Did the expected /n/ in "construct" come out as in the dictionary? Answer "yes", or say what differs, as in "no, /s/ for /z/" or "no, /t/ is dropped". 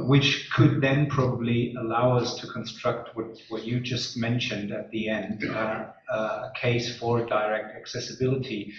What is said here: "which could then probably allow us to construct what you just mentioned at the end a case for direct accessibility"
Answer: yes